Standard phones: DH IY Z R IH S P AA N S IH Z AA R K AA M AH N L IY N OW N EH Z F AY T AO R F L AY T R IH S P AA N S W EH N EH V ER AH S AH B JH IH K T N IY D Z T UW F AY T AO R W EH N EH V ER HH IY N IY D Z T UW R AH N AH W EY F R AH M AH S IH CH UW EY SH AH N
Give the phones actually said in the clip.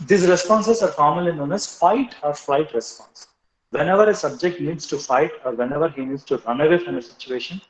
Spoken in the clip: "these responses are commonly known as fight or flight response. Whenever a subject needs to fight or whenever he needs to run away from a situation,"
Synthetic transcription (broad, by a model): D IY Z R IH S P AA N S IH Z AA R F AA M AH L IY N OW N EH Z F AY T AO R F L AY T R IH S P AA N S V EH N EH V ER AH S AH B JH IH K T N IY D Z T UW F AY T AO R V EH N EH V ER HH IY N IY D S T UW R AH N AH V EY F R AH M AH S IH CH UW EY SH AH N